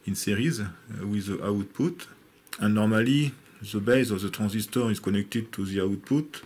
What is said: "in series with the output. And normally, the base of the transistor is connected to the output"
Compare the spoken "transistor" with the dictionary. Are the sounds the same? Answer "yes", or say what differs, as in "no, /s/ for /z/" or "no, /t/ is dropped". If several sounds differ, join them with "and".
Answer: no, /n/ is dropped